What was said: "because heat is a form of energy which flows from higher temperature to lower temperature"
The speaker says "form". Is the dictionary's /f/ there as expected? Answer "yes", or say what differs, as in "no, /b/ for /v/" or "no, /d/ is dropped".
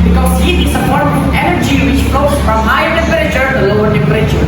no, /p/ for /f/